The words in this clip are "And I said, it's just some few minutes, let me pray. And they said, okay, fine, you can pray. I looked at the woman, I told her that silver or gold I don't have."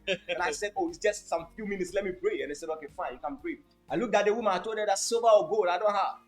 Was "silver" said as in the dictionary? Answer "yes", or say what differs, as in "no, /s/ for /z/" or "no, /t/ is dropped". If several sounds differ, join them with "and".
no, /l/ is dropped